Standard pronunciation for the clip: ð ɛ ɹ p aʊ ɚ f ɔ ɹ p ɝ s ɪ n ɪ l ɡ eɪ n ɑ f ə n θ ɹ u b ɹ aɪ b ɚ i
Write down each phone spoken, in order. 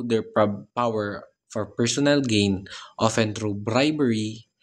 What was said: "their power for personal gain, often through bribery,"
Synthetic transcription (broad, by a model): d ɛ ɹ p aʊ ɚ f ɔ ɹ p ɝ s ɪ n ɪ l ɡ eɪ n ɑ f ə n t ɹ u b ɹ aɪ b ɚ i